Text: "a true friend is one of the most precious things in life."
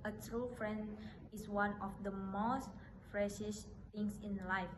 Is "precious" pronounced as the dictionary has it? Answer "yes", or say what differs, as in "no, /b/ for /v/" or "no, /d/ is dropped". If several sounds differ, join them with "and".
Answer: no, /f/ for /p/